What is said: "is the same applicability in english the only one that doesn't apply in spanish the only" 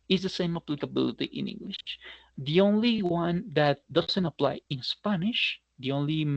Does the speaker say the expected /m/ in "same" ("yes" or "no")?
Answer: yes